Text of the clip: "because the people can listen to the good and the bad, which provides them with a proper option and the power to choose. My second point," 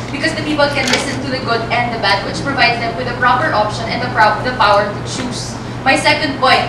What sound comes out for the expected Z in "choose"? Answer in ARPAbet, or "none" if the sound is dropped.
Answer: S